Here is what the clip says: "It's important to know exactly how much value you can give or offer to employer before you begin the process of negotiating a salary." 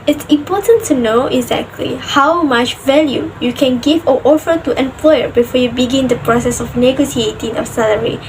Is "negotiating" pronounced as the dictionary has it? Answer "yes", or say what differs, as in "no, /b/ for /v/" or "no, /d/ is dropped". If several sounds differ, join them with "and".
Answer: no, /s/ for /ʃ/